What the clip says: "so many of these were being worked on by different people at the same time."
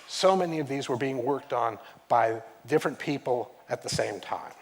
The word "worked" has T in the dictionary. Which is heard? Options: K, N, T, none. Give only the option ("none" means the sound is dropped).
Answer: T